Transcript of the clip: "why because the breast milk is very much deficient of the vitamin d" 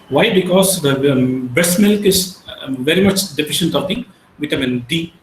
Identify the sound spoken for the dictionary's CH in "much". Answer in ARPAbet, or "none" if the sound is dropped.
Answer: CH